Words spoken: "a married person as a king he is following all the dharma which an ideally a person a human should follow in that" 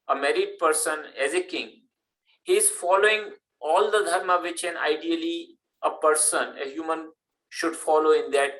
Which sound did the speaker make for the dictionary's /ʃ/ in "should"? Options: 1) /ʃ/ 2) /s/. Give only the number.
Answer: 1